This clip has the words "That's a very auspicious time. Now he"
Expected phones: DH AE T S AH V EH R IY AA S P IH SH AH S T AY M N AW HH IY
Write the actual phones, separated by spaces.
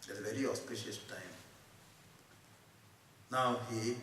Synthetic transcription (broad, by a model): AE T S AH V EH R IY AA S P IH SH AH S T AY M N AW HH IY